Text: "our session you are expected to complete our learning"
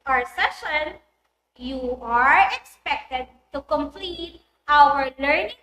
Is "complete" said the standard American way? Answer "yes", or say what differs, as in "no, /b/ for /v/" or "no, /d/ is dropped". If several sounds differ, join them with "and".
yes